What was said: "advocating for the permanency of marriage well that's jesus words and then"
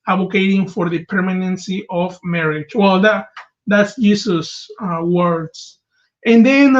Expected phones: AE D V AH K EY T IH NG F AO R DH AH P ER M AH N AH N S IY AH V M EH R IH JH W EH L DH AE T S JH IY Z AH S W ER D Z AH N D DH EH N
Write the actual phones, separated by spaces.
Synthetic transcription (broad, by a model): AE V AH K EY T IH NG F AO R DH AH P ER M AH N AH N S IY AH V M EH R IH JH W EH L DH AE T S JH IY S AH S W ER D S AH N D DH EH N